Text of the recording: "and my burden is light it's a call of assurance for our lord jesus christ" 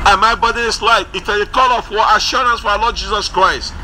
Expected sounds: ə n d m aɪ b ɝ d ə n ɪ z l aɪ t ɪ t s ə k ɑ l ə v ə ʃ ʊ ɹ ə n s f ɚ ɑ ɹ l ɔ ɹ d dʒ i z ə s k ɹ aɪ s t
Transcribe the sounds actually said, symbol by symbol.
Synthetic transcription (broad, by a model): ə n m aɪ b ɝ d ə ɪ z l aɪ t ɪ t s ə k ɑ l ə f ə ʃ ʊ ɹ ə n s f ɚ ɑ l ɔ d dʒ i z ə s k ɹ aɪ s t